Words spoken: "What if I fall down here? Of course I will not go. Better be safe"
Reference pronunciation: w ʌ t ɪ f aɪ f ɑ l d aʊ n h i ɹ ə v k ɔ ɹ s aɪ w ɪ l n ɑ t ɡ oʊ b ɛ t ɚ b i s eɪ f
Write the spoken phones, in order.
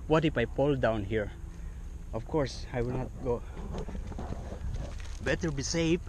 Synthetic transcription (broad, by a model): w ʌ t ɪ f aɪ p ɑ l d aʊ n h i ɹ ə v k ɔ ɹ s aɪ w ɪ l n ɑ t ɡ oʊ b ɛ t ɚ b i s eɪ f